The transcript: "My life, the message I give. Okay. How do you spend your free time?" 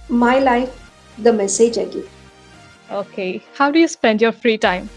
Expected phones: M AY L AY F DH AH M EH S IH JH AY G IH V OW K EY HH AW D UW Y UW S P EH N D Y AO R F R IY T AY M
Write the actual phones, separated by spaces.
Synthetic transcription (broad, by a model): M AY L AY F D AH M EH S IH JH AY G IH OW K EY HH AW D UW Y UW S P EH N D Y AO R F R IY T AY M